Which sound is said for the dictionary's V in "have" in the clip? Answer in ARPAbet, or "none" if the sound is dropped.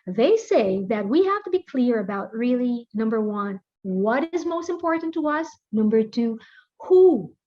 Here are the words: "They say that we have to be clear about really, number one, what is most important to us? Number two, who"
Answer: F